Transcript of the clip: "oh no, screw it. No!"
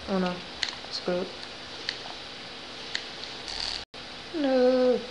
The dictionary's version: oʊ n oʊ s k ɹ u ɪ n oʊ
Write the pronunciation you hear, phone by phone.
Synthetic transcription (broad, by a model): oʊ n oʊ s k u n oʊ